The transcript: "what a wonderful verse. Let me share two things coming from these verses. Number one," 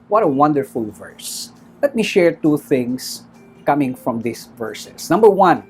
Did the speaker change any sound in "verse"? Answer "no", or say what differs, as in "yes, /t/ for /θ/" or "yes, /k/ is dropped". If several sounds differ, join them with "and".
no